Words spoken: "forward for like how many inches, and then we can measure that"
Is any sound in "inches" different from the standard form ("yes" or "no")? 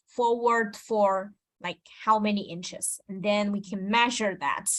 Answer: no